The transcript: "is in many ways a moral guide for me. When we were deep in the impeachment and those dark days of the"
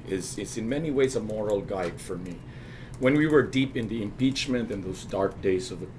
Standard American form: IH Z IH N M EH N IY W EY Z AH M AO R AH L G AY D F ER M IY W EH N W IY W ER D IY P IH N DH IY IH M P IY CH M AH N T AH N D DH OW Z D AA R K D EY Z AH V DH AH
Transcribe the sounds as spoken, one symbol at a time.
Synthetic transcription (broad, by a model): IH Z IH N M EH N IY W EY Z AH M AO R L G AY D F ER M IY W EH N W IY W ER D IY P IH N DH IY IH M P IY CH M AH N T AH N DH OW Z D AA R K D EY Z AH V DH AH